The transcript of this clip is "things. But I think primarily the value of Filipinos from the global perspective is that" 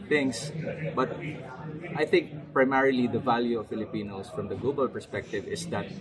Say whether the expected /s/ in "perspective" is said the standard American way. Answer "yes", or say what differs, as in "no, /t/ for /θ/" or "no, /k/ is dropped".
yes